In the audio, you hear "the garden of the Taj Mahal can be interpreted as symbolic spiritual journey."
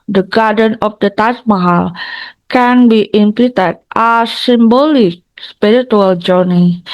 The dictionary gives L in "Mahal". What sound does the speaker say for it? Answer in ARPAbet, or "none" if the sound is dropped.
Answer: L